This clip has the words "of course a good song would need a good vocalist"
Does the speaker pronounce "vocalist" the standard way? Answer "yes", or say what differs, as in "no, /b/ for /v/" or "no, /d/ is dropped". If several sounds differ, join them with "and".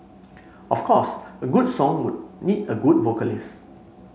no, /t/ is dropped